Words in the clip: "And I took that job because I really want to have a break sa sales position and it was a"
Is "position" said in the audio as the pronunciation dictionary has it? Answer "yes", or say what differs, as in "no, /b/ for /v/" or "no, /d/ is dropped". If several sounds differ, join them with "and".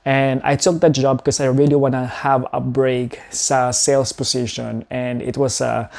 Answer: no, /s/ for /z/